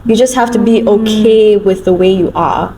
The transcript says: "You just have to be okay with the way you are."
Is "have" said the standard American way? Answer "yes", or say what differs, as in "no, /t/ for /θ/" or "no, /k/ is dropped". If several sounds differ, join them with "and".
no, /f/ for /v/